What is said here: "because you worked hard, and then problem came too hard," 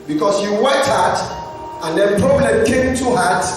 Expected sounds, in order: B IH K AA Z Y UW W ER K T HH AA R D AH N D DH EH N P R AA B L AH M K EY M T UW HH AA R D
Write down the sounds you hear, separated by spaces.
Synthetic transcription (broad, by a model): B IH K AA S Y UW W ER T HH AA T AH N D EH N P R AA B L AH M K EY M T UW HH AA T